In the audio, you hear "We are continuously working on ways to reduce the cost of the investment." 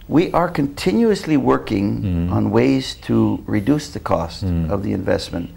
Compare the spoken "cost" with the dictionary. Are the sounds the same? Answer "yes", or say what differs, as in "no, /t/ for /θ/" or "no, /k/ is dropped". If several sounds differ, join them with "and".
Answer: yes